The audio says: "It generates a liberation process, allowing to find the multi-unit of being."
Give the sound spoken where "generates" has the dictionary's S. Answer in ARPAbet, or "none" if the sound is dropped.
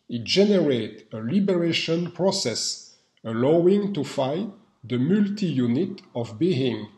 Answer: none